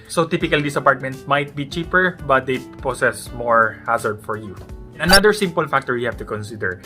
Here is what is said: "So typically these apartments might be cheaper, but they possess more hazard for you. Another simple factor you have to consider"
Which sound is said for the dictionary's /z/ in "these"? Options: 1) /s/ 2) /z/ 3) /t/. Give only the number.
1